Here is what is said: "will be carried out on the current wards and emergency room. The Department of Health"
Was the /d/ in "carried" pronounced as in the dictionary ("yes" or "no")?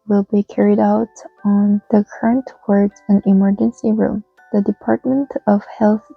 yes